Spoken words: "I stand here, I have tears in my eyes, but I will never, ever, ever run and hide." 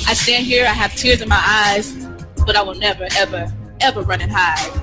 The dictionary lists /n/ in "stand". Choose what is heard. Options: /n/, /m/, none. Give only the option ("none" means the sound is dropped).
/n/